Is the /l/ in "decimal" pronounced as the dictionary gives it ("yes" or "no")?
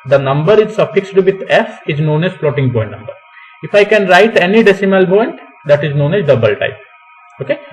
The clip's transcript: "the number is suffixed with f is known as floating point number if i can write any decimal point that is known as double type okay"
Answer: yes